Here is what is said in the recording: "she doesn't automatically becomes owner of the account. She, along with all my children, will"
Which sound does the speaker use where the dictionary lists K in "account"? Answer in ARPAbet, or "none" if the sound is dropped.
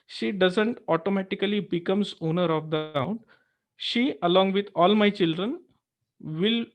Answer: none